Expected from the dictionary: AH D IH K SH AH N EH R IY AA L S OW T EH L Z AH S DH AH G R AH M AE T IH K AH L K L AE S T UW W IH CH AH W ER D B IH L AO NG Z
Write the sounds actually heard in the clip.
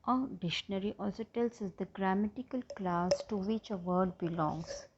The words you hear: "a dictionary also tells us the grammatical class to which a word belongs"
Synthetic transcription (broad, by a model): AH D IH SH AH N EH R IY AA L S OW T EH L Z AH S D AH G R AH M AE T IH K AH L K L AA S T UW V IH CH AH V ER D B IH L AO NG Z